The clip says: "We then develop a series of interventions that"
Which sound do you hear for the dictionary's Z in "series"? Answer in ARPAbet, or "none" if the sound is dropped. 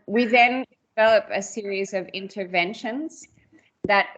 Z